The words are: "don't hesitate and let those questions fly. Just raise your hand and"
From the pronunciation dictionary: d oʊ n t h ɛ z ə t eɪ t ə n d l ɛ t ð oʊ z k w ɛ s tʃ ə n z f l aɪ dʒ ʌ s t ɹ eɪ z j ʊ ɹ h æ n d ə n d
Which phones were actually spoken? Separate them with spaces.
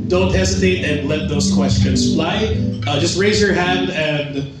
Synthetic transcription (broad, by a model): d oʊ n t h ɛ z ə t eɪ t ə n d l ɛ t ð oʊ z k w ɛ s tʃ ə n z f l aɪ dʒ ʌ s t ɹ eɪ z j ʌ ɹ h æ n d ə n